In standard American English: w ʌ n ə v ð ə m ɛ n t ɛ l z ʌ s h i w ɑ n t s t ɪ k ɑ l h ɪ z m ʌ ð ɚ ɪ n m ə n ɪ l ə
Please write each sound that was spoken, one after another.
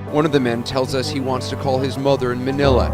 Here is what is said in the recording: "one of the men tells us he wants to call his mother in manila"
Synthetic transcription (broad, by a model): w ʌ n ə v ð ə m ɛ n t ɛ l z ʌ s h i w ɑ n t s t ɪ k ɑ l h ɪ z m ʌ ð ɚ ɪ n m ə n ɪ l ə